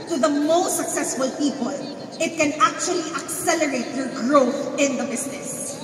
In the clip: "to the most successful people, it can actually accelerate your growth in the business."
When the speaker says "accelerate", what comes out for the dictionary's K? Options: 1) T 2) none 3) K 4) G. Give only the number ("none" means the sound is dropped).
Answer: 3